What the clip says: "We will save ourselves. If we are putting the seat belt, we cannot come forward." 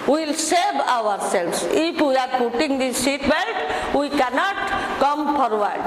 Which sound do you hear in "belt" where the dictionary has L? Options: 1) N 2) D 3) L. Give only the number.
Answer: 1